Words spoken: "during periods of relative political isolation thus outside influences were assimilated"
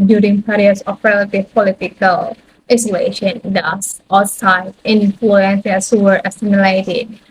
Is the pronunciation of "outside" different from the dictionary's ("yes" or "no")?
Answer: yes